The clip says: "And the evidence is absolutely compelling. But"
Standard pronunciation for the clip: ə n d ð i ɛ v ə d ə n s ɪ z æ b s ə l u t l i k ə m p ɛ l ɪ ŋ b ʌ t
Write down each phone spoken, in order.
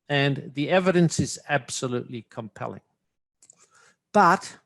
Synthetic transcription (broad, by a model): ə n ð i ɛ v ə d ə n s ɪ z æ b s ə l u t l i k ə m p ɛ l ɪ ŋ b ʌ t